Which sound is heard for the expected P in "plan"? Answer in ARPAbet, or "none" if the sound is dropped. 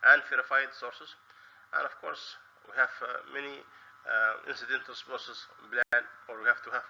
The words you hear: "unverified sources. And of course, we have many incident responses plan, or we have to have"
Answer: B